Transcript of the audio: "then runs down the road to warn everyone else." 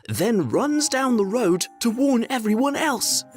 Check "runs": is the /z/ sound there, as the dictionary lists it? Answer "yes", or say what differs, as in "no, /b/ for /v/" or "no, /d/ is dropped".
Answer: yes